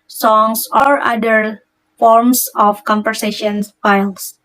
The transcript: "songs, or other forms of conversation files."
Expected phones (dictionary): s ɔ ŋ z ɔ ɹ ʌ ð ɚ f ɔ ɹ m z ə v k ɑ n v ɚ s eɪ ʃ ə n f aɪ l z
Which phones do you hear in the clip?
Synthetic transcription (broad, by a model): s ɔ ŋ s ɔ ɹ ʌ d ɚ f ɔ ɹ m s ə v k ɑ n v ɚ s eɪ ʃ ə n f aɪ l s